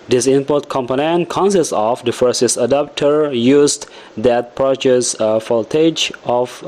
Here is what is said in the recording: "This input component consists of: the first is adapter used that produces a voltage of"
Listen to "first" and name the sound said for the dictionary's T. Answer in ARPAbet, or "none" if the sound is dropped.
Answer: none